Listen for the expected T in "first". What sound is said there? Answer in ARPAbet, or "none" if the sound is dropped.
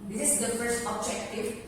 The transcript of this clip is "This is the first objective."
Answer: T